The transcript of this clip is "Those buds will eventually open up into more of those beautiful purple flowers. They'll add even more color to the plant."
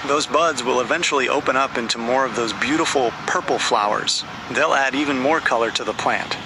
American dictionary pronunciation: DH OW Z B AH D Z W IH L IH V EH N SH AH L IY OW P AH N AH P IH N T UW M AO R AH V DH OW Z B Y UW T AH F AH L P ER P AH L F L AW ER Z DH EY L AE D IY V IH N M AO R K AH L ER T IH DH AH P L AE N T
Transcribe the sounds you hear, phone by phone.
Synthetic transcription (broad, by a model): DH OW Z B AH D Z W IH L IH V EH N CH L IY OW P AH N AH P IH N T UW M AO R AH V DH OW Z B Y UW T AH F L P ER P L F L AW ER Z DH EY L AE D IY V IH N M AO R K AH L ER T IH DH AH P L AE N T